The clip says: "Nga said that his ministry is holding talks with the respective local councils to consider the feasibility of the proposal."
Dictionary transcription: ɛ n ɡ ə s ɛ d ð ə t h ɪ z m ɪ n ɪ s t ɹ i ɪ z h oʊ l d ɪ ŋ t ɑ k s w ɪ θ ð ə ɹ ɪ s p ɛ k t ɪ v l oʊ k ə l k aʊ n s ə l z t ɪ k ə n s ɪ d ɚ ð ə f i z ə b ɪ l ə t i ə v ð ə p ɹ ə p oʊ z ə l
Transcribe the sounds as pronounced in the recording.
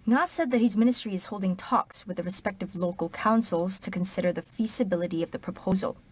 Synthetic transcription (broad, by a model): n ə s ɛ d ð ə t h ɪ z m ɪ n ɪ s t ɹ i ɪ z h oʊ l d ɪ ŋ t ɑ k s w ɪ ð ə ɹ ɪ s p ɛ k t ɪ v l oʊ k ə l k aʊ n s l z t ɪ k ə n s ɪ d ɚ ð ə f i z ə b ɪ l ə t i ə v ð ə p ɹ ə p oʊ z l